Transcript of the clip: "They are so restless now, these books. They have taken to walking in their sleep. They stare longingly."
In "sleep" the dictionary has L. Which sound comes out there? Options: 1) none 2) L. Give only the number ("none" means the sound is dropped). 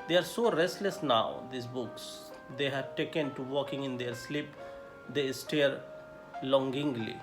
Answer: 2